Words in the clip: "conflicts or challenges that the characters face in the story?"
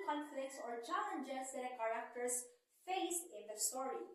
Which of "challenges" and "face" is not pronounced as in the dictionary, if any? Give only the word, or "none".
challenges